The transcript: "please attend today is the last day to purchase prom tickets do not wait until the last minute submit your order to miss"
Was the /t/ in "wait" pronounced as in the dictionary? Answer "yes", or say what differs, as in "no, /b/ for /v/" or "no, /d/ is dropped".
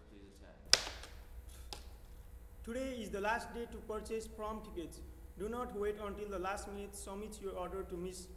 yes